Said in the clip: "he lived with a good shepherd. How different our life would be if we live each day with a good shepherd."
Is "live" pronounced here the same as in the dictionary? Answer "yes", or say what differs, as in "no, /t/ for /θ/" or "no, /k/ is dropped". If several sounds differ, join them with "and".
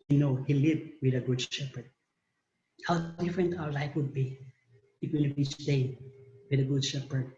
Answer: no, /b/ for /v/